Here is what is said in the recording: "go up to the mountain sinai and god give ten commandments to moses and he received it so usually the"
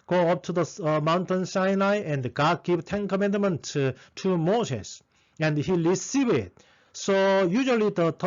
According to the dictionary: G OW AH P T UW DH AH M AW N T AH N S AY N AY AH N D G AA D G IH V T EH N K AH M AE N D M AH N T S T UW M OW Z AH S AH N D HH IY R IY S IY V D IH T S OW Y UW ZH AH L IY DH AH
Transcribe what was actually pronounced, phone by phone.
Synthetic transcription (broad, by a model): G OW AH P T UW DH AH M AW N T AH N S AY N AY AH N D G AA D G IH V T EH N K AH M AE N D M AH N T T UW M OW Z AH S AH N D HH IY L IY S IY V IH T S OW Y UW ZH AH L IY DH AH